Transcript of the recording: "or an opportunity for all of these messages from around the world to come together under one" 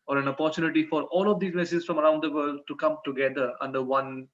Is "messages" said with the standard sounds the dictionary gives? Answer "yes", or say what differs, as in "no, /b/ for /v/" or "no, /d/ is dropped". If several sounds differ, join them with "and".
no, /s/ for /z/